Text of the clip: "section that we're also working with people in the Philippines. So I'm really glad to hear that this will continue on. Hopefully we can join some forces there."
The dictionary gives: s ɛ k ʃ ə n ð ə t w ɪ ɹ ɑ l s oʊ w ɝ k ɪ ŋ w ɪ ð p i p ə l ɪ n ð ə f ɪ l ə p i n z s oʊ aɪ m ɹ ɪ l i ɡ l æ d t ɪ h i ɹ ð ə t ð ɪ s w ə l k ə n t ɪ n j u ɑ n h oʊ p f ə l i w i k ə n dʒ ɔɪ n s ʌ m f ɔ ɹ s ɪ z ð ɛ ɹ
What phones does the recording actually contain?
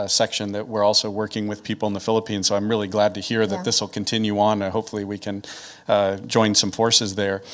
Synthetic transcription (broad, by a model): s ɛ k ʃ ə n ð ə t w ɪ ɹ ɑ l s oʊ w ɝ k ɪ ŋ w ɪ ð p i p l ɪ n ð ə f ɪ l ə p i n z s oʊ aɪ m ɹ ɪ l i ɡ l æ d t ɪ h i ɹ ð ə t ð ɪ s w ə l k ə n t ɪ n j u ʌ n h oʊ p f l i w i k ə n dʒ ɔɪ n s ʌ m f ɔ ɹ s ɪ z ð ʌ ɹ